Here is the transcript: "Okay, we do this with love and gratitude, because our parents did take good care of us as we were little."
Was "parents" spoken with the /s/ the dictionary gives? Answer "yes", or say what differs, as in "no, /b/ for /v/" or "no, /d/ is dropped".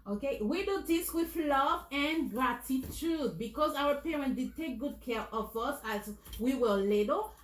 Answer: no, /s/ is dropped